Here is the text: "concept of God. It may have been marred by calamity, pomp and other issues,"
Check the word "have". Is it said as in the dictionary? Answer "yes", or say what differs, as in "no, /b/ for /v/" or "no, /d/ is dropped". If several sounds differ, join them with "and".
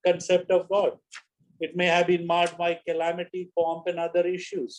yes